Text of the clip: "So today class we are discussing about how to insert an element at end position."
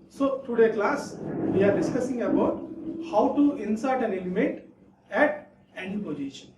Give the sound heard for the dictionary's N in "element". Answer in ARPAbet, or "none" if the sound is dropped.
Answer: none